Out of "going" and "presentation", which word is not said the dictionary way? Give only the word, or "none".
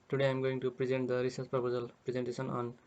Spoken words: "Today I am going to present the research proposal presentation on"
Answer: presentation